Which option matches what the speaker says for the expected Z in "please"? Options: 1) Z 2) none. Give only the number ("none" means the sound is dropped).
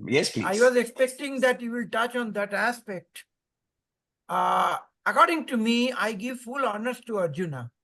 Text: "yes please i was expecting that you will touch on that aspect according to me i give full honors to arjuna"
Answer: 2